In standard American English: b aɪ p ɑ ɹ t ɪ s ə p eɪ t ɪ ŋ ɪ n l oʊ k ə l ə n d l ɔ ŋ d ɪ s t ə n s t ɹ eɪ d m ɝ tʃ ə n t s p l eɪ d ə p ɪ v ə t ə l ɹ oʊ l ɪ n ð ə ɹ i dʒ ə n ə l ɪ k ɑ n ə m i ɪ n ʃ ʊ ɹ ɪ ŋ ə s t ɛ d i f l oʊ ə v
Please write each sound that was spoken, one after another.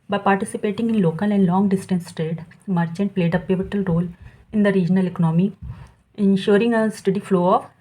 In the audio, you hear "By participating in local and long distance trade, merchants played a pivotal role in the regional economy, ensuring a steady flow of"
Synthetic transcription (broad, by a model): b aɪ p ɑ ɹ t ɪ s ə p eɪ t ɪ ŋ ɪ n l oʊ k ə l ə n d l ɔ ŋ d ɪ s t ə n s t ɹ eɪ d m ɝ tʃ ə n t p l eɪ d ə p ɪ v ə t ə l ɹ oʊ l ɪ n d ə ɹ i dʒ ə n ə l ɪ k ɑ n ə m i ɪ n ʃ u ɹ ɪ ŋ ə s t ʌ d i f l oʊ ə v